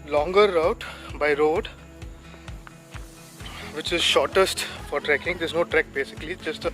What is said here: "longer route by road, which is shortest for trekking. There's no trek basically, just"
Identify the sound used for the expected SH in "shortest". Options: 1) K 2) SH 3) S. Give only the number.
2